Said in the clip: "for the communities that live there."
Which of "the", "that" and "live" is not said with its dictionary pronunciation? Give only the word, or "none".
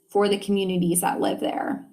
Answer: none